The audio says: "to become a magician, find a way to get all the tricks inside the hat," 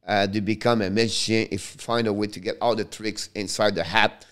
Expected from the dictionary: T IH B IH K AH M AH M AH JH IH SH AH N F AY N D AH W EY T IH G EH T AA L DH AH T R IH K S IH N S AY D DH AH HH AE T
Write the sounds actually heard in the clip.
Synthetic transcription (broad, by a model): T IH B IH K AH M AH M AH SH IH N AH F F AY N D AH W EY T IH G EH T AA L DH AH T R IH K S IH N S AY D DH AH HH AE T